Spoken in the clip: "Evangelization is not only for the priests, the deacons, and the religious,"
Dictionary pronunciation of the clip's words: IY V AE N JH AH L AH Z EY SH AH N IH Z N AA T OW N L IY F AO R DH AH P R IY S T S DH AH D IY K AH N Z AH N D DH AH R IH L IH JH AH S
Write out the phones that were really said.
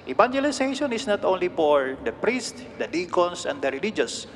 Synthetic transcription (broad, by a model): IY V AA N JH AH L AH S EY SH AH N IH S N AA T OW N L IY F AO R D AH P R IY S T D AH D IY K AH N S AH N D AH R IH L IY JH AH S